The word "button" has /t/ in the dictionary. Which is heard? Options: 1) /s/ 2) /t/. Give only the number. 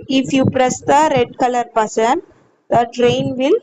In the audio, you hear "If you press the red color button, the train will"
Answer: 1